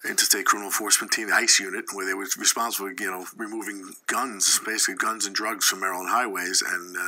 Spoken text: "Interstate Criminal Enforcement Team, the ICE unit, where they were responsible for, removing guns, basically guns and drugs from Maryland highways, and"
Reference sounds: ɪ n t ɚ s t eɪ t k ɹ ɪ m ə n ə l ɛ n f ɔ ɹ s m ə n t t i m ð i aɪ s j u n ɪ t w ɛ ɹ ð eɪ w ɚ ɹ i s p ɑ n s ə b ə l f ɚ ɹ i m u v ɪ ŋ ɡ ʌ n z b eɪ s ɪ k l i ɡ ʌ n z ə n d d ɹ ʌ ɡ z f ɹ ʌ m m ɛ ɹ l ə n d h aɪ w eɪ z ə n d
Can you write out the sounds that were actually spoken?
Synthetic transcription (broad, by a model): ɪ n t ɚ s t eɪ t k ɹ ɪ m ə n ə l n f ɔ ɹ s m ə n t t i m ð i aɪ s j u n ɪ t w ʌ ɹ ð eɪ w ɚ ɹ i s p ɑ n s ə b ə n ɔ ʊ ɹ i m u v ɪ ŋ ɡ ʌ n z b eɪ s ɪ k l i ɡ ʌ n z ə n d d ɹ ʌ ɡ z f ɹ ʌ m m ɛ ɹ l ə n h aɪ w eɪ z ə n